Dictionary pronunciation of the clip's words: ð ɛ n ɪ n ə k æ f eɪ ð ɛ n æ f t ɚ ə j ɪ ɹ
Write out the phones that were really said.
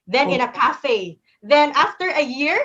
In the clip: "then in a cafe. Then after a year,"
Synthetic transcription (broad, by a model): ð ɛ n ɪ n ə k æ f eɪ ð ɛ n æ f t ɚ ə j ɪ ɹ